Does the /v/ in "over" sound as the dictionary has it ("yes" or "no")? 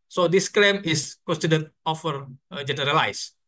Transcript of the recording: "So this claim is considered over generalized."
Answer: no